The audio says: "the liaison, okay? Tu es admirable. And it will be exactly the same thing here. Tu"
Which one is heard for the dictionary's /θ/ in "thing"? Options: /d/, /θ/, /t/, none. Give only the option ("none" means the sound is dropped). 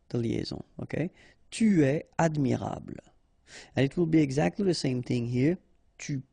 /θ/